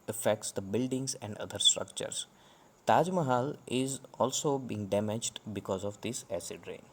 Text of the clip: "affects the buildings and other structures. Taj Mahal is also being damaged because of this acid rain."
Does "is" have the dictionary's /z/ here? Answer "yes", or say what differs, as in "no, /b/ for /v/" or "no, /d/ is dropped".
yes